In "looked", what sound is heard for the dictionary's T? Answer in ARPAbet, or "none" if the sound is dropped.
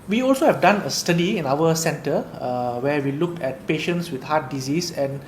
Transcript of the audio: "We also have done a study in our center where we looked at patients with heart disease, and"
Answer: none